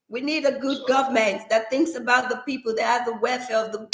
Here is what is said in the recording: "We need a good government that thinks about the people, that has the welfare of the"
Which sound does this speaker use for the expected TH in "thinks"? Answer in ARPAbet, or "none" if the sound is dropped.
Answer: TH